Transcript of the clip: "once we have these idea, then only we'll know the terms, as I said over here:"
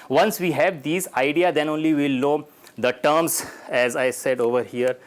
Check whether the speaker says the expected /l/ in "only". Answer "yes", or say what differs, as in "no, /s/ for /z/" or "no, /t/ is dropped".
yes